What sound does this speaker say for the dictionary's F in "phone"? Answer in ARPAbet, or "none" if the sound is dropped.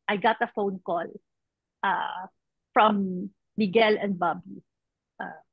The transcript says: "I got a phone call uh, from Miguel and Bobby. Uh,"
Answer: F